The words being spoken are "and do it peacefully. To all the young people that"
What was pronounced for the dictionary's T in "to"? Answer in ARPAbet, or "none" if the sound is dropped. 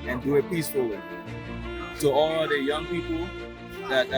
S